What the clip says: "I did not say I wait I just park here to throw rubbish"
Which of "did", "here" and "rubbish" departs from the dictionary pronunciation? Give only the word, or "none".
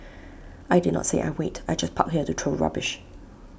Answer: none